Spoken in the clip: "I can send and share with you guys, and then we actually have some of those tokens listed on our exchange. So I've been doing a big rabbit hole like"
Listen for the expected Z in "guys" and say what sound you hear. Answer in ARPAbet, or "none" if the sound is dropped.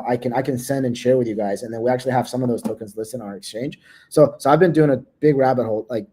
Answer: Z